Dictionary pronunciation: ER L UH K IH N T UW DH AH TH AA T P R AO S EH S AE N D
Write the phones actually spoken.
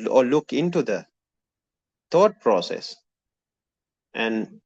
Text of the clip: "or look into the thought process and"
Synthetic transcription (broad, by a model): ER L UH K IH N T UW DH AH T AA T P R AO S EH S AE N D